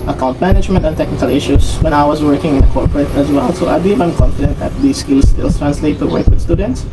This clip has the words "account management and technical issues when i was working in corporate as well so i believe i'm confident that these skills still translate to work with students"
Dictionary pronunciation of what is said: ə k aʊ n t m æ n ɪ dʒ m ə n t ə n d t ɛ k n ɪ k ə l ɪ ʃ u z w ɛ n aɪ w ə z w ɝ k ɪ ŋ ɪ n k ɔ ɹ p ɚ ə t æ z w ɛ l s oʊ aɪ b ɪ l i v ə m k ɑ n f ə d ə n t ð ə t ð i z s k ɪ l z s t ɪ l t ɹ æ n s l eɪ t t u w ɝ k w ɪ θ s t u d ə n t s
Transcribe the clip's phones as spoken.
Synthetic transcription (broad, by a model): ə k aʊ n t m æ n ɪ dʒ m ə n t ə n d t ɛ k n ɪ k ə l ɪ ʃ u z w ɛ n aɪ w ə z w ɝ k ɪ ŋ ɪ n k ɔ ɹ p ɚ ə t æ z w ɛ l s oʊ aɪ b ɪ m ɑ ə m k ɑ n f ə d ə n t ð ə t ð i s k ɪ l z s t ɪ l t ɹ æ n s l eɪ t t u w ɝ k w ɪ s t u d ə n t s